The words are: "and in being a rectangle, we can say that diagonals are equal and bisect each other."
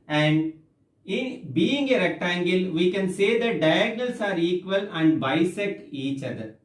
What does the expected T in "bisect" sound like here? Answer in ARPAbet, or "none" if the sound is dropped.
none